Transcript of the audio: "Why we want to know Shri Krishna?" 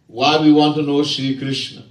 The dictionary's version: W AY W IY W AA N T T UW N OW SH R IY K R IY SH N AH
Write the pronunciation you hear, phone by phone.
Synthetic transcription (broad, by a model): W AY W IY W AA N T T UW N OW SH IY K R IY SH N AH